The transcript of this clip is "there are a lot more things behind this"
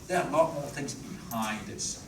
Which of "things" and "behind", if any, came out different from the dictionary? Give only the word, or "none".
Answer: none